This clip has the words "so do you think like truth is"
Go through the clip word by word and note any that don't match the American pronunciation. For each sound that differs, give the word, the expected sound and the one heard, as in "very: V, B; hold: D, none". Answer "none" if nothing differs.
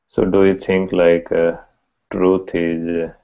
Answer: think: TH, T; truth: TH, T